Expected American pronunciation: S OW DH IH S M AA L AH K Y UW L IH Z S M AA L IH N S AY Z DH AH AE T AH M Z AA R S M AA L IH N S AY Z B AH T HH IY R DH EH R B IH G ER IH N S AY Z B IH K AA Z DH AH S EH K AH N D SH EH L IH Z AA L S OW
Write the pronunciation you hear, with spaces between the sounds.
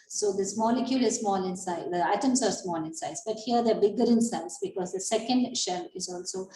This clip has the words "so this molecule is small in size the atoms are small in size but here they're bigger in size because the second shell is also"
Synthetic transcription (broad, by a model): S OW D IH S M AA L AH K Y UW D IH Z S M AA L IH N S AY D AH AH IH T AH M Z AA R S M AA L IH N S AY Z B AH T HH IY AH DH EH B IH G ER IH N S AY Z B IH K AA Z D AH S EH K AH N D SH EH L IH Z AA L S OW